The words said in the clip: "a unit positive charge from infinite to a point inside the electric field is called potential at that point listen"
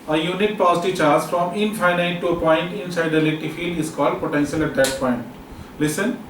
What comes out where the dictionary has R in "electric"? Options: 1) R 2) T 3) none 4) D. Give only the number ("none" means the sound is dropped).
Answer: 3